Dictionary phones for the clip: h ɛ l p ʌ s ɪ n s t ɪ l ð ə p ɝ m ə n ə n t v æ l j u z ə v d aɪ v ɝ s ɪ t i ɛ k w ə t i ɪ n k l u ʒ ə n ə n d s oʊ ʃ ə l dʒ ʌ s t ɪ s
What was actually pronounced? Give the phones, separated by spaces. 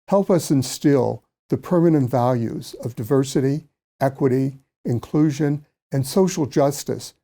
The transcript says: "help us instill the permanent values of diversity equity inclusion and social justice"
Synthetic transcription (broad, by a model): h ɛ l p ʌ s ɪ n s t ɪ l ð ə p ɝ m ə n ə n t v æ l j u z ə v d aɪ v ɝ s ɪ t i ɛ k w ə t i ɪ n k l u ʒ ə n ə n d s oʊ ʃ l dʒ ʌ s t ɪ s